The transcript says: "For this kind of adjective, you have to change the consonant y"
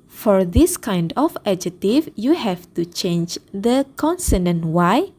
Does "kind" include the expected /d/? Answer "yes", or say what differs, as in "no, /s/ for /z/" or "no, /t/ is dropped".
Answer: yes